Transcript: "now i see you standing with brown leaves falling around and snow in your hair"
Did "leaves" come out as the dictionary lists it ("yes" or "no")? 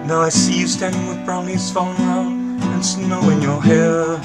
no